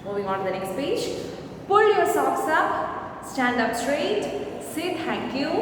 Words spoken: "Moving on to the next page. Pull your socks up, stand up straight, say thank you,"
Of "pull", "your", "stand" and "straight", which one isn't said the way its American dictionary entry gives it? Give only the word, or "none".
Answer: none